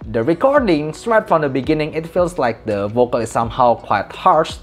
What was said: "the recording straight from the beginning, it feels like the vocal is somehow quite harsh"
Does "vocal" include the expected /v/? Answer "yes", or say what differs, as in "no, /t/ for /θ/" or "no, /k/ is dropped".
yes